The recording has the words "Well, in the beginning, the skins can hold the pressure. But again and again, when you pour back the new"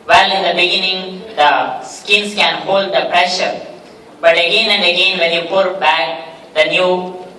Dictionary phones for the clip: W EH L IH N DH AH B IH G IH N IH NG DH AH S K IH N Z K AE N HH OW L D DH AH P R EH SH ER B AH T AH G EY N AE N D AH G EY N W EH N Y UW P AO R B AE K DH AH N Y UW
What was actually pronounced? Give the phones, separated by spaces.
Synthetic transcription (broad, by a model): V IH L IH N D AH B IH G IH N IH NG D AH S K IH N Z K AE N HH OW L D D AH P R EH SH ER B AH T AH G EY N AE N D AH G EY N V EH N Y UW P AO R B AE K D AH N Y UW